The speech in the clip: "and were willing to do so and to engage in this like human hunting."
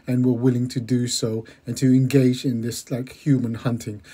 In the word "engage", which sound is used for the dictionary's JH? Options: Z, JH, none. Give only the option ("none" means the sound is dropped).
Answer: JH